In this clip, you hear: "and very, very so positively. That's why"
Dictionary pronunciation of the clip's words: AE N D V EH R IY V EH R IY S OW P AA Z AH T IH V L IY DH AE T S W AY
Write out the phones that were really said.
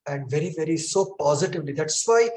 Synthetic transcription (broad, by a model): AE N D V EH R IY V EH R IY S OW P AA Z AH T IH V L IY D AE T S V AY